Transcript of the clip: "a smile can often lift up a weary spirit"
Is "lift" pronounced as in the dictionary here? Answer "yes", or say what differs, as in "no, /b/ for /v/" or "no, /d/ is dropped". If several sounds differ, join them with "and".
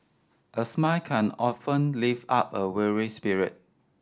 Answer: no, /t/ is dropped